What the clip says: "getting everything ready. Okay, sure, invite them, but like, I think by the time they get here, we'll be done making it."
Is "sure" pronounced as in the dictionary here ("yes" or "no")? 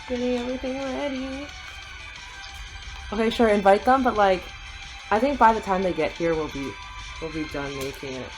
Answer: yes